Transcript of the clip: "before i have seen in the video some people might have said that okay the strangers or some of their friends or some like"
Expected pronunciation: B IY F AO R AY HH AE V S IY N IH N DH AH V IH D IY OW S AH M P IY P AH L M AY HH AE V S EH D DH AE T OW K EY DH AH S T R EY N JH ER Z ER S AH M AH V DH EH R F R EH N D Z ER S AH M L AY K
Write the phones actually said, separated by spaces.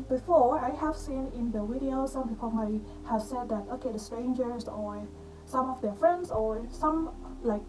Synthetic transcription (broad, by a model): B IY F AO R AY HH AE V S IY N IH N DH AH W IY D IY OW S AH M P IY P AH L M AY HH AE V S EH D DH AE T OW K EY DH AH S T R EY N JH ER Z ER S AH M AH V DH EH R F R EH N D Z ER S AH M L AY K